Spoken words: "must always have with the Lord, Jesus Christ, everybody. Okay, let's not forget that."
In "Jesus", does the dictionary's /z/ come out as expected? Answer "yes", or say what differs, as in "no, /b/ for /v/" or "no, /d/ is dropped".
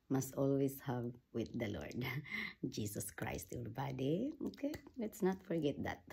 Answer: no, /s/ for /z/